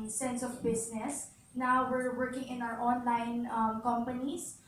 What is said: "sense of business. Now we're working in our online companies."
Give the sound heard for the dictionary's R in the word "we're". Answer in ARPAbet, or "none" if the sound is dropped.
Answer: R